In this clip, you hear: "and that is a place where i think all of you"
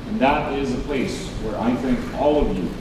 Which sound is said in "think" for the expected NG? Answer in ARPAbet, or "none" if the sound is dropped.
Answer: NG